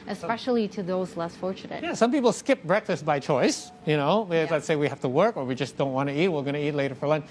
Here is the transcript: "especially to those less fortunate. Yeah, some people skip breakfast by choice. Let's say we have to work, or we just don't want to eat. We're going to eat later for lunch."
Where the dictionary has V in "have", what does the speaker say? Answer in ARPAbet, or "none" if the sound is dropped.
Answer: F